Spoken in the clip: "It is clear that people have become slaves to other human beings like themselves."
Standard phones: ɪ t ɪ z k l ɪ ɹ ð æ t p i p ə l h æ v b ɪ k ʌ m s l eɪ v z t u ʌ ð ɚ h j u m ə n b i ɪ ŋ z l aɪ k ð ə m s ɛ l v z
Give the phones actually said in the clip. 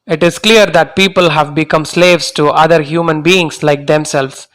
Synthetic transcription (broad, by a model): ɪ t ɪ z k l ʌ ɹ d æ t p i p ə l h æ v b ɪ k ʌ m s l eɪ v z t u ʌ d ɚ h j u m ə n b i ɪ ŋ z l aɪ k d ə m s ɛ l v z